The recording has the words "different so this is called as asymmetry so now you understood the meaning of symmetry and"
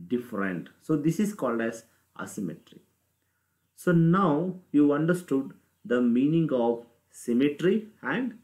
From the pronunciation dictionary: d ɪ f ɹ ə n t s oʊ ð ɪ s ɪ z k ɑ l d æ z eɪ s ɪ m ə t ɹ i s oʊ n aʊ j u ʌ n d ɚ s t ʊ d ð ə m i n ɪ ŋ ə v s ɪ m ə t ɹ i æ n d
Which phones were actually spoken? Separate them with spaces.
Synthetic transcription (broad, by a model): d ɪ f ɹ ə n t s oʊ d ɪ s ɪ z k ɑ l d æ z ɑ s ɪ m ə t ɹ i s oʊ n aʊ j u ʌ n d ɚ s t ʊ d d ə m i n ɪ ŋ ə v s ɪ m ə t ɹ i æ n d